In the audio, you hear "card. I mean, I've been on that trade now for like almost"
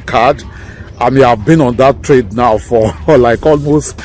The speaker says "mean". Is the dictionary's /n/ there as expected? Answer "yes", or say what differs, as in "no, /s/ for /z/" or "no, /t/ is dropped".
no, /n/ is dropped